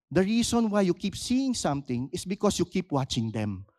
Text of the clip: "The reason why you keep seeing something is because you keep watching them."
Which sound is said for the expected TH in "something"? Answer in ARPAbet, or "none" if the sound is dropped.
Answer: T